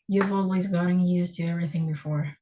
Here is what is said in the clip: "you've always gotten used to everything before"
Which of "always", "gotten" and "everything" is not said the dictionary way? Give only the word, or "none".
none